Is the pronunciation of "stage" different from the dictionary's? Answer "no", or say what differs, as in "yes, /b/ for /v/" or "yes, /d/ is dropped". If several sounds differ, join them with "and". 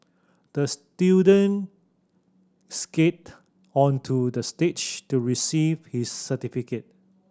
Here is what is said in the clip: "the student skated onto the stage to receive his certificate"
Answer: yes, /tʃ/ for /dʒ/